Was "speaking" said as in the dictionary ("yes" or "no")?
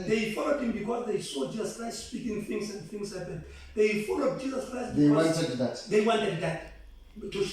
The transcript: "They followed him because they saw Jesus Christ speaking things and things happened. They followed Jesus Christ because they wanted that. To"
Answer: yes